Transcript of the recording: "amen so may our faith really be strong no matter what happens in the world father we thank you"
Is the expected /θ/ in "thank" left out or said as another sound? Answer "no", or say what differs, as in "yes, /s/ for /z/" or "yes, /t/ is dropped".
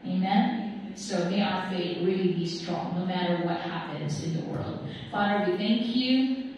no